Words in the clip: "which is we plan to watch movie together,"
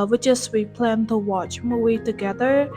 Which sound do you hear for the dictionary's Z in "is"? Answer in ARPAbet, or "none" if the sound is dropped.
S